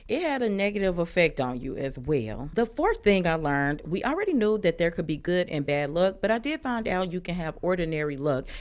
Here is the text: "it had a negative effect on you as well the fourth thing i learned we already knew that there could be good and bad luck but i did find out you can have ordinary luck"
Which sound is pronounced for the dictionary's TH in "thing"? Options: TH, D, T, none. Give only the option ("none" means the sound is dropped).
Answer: TH